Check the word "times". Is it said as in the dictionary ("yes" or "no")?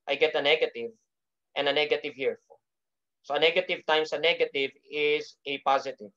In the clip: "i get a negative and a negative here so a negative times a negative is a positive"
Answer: no